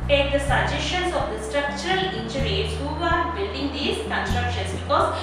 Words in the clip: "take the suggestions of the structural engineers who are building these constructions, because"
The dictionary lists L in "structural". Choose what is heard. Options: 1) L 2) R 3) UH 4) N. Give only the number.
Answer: 1